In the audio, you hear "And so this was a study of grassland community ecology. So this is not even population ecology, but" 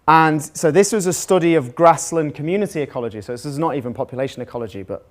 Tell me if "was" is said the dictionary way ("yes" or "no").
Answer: yes